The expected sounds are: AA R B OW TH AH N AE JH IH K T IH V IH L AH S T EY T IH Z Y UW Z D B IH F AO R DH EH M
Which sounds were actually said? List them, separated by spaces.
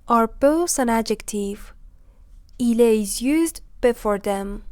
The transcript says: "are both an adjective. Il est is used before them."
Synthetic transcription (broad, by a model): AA R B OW S AH N AE JH IH K T IH V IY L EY IH Z Y UW Z D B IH F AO R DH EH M